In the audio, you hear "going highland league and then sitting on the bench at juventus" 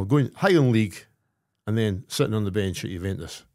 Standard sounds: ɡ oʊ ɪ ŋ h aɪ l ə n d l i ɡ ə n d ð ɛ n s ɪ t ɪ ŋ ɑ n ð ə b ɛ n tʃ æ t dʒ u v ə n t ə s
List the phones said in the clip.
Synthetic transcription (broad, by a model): ɡ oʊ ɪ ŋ h aɪ ə n l i ɡ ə n ð ɛ n s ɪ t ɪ n ð ə b ɛ n tʃ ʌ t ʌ v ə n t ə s